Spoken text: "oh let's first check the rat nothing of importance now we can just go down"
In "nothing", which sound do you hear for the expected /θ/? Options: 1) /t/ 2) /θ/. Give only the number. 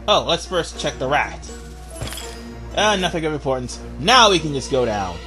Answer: 2